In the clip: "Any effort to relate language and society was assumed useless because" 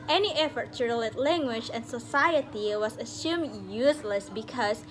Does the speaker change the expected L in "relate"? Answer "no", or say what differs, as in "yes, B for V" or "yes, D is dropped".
no